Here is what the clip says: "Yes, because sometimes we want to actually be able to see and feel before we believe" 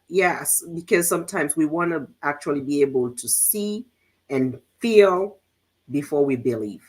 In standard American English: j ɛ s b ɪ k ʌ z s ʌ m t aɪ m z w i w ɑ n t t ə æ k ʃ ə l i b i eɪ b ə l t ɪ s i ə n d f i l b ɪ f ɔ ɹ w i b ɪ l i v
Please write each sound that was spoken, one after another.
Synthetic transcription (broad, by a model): j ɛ s b ɪ k ʌ z s ʌ m t aɪ m z w i w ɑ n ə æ k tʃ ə l i b i eɪ b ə l t ɪ s i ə n f i l b ɪ f ɔ ɹ w i b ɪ l i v